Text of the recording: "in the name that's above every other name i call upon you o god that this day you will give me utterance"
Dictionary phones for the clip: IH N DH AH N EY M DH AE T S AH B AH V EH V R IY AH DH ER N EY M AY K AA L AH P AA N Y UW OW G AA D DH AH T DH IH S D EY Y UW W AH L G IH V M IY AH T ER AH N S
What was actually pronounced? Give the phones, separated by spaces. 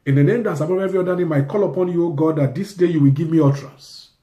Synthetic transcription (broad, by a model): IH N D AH N EY M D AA T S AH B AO P EH V R IY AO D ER N EY M AY K AA L AH P AA N Y UW OW G AA D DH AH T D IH S D EY Y UW W AH L G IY V M IY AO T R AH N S